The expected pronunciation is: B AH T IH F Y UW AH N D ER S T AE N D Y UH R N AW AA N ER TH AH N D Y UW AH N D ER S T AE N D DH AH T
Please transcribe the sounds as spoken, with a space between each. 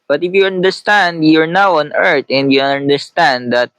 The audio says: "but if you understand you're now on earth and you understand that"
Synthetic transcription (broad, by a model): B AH T IH F Y UW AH N D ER S T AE N D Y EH R N AW AA N ER T AH N D Y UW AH N D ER S T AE N D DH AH T